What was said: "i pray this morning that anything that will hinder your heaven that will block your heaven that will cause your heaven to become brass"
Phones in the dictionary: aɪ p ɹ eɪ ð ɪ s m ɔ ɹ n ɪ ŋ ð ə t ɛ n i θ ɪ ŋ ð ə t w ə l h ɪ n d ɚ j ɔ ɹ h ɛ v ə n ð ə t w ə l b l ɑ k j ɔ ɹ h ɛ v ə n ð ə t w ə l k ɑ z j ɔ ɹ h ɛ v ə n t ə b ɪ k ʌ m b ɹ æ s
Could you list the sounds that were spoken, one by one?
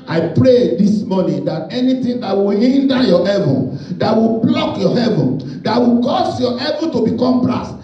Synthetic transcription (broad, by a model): aɪ p ɹ eɪ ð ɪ s m ɔ n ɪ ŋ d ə t ɛ n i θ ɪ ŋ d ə t w ə l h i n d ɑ j ɔ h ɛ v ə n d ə t w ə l b l ɑ k j ɔ h ɛ v ə n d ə t w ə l k ɑ s j ɔ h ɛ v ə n t ə b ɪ k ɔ m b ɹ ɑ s